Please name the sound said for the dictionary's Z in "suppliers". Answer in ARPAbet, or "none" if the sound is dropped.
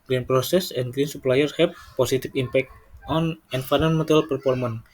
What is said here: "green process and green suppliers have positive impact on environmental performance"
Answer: none